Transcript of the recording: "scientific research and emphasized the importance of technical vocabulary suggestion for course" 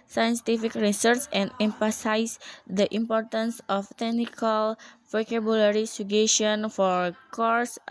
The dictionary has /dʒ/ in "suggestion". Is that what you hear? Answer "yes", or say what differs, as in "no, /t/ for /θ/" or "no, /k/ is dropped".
no, /dʒ/ is dropped